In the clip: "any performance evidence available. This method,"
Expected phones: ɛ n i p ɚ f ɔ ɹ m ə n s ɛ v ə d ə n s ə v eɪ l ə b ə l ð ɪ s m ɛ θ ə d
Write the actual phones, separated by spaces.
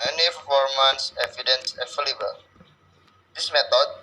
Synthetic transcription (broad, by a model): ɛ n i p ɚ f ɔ ɹ m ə n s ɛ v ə d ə n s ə f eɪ l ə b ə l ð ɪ s m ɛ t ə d